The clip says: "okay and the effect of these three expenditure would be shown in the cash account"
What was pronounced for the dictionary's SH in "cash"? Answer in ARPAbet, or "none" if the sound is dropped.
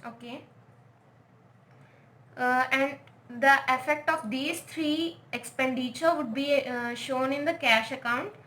SH